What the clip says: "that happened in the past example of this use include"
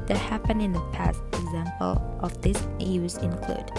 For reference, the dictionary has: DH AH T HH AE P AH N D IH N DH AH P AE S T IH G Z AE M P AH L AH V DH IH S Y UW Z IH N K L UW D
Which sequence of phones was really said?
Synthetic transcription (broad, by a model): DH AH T HH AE P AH N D IH N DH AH P AE S T IH G Z AE M P AH L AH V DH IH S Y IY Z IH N K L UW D